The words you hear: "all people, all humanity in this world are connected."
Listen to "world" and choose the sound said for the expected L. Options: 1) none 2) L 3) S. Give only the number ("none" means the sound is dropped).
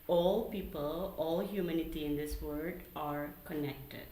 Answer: 1